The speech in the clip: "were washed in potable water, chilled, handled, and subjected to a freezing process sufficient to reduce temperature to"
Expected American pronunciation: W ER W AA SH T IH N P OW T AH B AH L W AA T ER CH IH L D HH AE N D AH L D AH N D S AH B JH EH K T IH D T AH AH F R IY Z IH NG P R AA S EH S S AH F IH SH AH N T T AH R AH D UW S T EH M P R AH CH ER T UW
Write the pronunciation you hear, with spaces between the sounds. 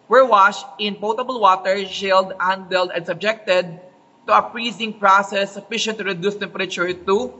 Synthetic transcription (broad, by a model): W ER W AA SH T IH N P OW T AH B AH L W AA T ER SH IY L D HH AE N D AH L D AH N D S AH B JH EH K T IH D T AH AH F R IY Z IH NG P R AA S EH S S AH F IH SH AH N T T AH R AH D UW S T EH M P R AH CH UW T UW